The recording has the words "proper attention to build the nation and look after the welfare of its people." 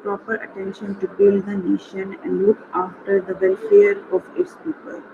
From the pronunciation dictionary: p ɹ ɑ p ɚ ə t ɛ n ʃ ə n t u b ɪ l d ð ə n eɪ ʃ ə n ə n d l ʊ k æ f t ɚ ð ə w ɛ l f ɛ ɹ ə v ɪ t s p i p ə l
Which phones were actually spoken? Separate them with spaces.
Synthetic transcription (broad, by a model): p ɹ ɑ p ɚ ə t ɛ n ʃ ə n t u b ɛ d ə n eɪ ʃ ə n ə n d l ʊ k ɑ f t ɚ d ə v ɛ l f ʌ ɹ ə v ɪ t s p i p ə l